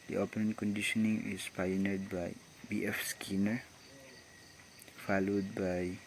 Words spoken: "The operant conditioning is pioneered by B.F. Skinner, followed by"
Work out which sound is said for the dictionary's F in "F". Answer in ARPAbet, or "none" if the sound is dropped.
F